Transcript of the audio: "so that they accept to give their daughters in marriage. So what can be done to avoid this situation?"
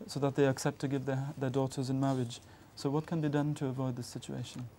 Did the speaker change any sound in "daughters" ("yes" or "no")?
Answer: no